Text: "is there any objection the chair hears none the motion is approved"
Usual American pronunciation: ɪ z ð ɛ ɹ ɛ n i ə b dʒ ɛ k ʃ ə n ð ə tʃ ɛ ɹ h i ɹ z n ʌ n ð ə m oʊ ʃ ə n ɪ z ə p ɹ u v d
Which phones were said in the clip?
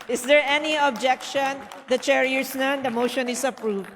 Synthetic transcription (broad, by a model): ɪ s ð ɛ ɹ ɛ n i ə b dʒ ɛ k ʃ ə n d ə tʃ ɛ ɹ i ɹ s n ʌ n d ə m oʊ ʃ ə n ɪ s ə p ɹ u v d